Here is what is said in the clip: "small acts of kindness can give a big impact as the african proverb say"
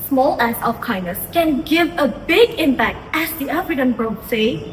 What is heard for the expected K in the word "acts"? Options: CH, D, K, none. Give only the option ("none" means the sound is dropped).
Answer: none